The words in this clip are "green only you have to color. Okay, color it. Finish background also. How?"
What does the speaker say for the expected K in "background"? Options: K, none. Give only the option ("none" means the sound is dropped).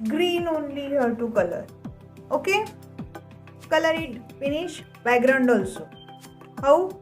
none